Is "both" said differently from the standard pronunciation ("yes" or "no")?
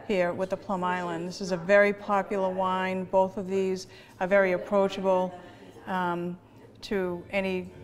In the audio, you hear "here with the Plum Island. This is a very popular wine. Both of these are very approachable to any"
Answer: no